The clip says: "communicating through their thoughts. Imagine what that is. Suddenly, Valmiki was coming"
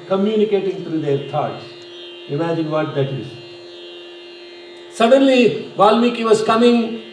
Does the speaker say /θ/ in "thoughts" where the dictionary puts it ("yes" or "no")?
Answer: no